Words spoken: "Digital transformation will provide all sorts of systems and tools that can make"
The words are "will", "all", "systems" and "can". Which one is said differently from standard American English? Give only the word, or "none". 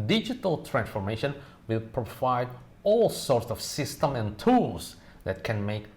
systems